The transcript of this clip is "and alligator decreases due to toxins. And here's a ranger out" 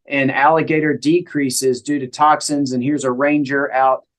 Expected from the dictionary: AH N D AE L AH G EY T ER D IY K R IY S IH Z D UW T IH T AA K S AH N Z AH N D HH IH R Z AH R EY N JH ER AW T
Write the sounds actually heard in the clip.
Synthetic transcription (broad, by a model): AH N AE L AH G EY T ER D IY K R IY S IH Z D UW T IH T AA K S AH N Z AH N HH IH R Z AH R EY N JH ER AW T